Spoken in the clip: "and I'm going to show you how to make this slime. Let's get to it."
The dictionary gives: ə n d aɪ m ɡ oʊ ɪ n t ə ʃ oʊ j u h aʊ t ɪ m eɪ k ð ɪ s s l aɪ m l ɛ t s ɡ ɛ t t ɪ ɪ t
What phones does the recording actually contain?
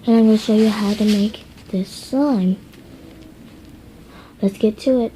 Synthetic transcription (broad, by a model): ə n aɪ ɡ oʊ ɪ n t ʃ oʊ j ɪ h aʊ t ɪ m eɪ k ð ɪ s s aɪ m l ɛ t s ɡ ɛ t t ɪ ɪ t